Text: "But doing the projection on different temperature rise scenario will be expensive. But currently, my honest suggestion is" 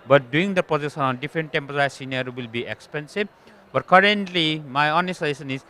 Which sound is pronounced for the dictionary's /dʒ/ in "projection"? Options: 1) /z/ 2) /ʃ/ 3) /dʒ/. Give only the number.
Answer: 1